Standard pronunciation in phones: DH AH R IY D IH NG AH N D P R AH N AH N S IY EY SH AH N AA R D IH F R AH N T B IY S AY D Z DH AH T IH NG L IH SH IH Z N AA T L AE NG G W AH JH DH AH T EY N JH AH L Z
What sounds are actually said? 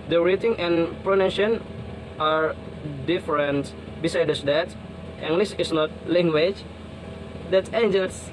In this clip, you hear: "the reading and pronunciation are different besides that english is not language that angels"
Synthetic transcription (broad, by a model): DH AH R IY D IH NG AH N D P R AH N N IY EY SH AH N AA R D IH F R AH N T B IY S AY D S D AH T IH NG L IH S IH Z N AA T L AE NG G W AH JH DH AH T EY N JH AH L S